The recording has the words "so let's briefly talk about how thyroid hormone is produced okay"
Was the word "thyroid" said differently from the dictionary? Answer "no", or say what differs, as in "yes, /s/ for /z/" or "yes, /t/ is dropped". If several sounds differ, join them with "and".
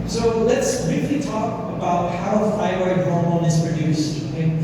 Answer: yes, /f/ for /θ/